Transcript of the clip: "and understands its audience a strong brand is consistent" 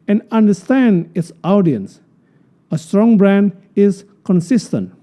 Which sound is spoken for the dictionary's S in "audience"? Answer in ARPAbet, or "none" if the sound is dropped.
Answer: S